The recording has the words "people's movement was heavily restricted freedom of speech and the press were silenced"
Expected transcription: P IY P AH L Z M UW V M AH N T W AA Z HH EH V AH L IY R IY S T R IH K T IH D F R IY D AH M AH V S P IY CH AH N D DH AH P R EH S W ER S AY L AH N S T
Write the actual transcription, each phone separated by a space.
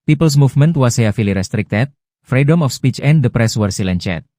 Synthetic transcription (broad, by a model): P IY P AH L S M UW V M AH N T W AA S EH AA F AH L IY R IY S T R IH K T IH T F R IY D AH M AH F S P IY CH AH N D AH P R EH S W ER S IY L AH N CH T